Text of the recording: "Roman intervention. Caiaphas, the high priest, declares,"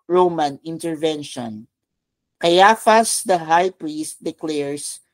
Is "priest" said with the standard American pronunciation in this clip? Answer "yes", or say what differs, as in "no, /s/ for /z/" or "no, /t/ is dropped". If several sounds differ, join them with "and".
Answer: yes